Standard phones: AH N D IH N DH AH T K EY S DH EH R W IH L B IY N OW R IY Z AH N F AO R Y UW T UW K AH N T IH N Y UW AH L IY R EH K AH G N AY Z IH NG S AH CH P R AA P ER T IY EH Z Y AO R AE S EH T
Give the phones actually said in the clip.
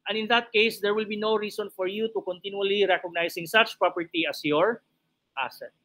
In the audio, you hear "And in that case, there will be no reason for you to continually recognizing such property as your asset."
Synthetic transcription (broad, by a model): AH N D IH N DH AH T K EY S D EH R W IH L B IY N OW R IY S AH N F AO R Y UW T UW K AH N T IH N Y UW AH L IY R EH K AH G N AY S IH NG S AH CH P R AA P ER T IY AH S Y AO R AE S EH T